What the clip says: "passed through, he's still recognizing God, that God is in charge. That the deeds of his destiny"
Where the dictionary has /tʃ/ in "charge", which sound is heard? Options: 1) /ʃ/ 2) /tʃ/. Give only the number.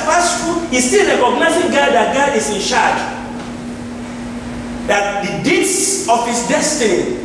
1